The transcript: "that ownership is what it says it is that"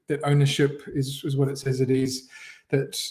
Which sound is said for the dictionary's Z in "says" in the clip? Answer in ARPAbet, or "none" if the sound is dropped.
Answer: Z